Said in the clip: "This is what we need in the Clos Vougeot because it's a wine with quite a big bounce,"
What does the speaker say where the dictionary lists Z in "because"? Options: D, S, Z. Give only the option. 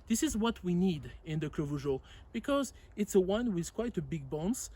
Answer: Z